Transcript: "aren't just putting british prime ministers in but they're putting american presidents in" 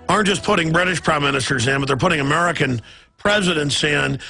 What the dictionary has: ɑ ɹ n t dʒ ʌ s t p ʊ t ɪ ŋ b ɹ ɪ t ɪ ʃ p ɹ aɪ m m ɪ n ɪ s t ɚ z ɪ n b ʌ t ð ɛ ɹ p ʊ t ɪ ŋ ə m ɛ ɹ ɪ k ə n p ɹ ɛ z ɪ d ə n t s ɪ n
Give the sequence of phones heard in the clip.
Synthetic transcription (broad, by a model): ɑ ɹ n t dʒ ʌ s p ʊ t ɪ ŋ b ɹ ɪ t ɪ ʃ p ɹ aɪ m m ɪ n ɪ s t ɚ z ɪ n b ʌ t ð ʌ ɹ p ʊ t ɪ ŋ ə m ɛ ɹ ɪ k ə n p ɹ ɛ z ɪ d ə n t s ɪ n